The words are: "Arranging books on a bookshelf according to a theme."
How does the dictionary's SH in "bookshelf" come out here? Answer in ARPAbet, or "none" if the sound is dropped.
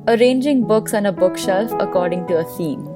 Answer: SH